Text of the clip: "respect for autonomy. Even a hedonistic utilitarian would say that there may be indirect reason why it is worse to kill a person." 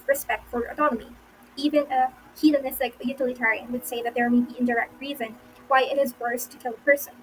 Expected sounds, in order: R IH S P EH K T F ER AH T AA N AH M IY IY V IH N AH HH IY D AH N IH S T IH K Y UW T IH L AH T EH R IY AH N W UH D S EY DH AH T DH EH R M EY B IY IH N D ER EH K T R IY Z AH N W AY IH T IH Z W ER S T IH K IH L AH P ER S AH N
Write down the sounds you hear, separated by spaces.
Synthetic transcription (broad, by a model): R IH S P EH K T F ER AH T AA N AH M IY IY V IH N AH HH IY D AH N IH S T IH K Y UW T IH L AH T EH R IY AH N W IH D S EY DH AH T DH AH R M EY B IY IH N D ER EH K T R IY Z AH N W AY IH T IH Z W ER S T IH K IH L AH P ER S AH N